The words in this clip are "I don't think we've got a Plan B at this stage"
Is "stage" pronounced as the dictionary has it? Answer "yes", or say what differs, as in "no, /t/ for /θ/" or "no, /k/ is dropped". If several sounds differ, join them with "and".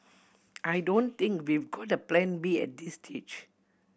no, /tʃ/ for /dʒ/